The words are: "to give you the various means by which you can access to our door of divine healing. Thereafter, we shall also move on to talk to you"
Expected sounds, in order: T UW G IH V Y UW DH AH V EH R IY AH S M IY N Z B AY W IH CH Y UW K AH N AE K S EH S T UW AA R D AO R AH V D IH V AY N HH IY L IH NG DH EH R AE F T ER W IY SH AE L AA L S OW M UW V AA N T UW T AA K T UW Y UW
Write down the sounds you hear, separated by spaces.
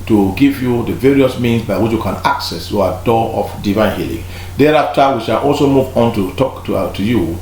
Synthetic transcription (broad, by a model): T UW G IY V Y UW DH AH V EH R IY AH S M IY N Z B AY W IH CH Y UW K AH N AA K S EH S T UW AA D AO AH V D IH V AY N HH IY L IH NG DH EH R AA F T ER W IY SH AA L AA L S OW M UW V AA N T UW T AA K T UW Y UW